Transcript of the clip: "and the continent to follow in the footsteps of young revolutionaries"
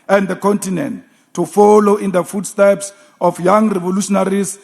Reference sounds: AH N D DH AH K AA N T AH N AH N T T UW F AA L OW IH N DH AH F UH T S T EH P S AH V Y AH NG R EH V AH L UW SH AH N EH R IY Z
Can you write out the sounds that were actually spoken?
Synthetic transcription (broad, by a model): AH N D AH K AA N T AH N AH N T T UW F AA L OW IH N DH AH F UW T S T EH P S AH F Y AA NG R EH V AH L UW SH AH N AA R IY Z